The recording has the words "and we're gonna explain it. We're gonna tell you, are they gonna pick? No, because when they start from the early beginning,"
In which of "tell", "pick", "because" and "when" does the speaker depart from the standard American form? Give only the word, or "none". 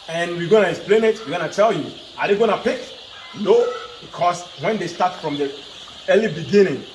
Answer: because